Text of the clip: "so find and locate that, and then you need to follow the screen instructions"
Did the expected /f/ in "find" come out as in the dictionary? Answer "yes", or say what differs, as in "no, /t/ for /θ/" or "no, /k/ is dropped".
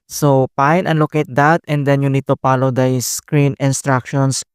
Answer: no, /p/ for /f/